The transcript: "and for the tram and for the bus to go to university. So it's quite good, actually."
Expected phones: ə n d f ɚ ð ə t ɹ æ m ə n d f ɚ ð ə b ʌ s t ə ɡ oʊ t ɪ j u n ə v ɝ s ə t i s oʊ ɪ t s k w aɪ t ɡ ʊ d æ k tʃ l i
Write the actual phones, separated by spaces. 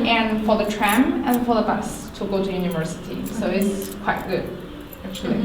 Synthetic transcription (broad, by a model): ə n f ɚ ð ə t ɹ æ m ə n f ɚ ð ə b ʌ s t ə ɡ oʊ t ɪ j u n ə v ɝ s ə t i s oʊ ɪ t s k w aɪ t ɡ ʊ d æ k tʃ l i